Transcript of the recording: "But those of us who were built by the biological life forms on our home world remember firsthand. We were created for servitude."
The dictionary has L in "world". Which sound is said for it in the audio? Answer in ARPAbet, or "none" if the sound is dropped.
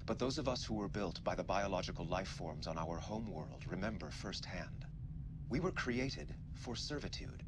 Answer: L